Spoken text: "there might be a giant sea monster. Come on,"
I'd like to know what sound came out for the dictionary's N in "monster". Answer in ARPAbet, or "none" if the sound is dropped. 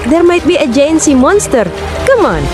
N